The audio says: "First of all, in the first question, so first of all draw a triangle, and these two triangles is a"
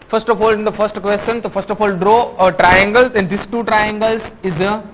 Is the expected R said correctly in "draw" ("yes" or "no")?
yes